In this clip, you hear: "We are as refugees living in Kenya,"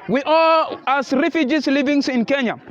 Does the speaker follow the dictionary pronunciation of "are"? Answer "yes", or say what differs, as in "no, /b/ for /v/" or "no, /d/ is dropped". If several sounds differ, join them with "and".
no, /l/ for /ɹ/